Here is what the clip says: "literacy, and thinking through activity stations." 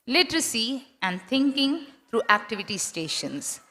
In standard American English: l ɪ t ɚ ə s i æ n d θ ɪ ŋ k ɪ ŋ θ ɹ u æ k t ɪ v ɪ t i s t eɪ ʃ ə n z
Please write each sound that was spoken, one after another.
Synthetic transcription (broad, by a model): l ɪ t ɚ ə s i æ n d t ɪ ŋ k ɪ ŋ t ɹ u æ k t ɪ v ɪ t i s t eɪ ʃ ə n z